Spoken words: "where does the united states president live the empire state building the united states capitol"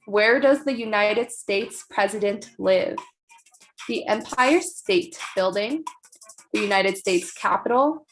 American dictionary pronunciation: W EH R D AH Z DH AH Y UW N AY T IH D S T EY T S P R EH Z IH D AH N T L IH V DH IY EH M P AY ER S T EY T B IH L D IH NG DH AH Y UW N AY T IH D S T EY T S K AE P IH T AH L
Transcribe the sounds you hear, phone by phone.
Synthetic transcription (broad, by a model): W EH R D AH Z DH AH Y UW N AY T IH D S T EY T S P R EH Z IH D AH N T L IH V DH IY EH M P AY ER S T EY T B IH L D IH NG DH AH Y UW N AY T IH D S T EY T S K AE P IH T L